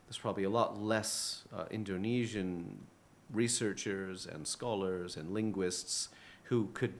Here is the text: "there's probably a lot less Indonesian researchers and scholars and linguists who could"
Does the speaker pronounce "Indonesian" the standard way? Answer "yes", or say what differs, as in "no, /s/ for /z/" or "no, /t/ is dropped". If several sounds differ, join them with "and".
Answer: yes